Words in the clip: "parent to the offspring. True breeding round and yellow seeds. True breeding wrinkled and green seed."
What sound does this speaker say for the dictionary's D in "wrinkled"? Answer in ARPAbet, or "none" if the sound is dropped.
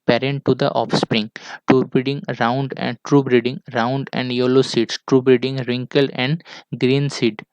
none